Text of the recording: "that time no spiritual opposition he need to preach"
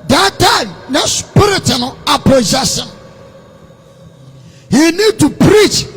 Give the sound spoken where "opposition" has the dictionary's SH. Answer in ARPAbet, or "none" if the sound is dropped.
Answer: S